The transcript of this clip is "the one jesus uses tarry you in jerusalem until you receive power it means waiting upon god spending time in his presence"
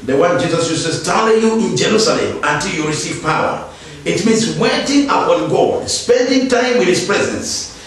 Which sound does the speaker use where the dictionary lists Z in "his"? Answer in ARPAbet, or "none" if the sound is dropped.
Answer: S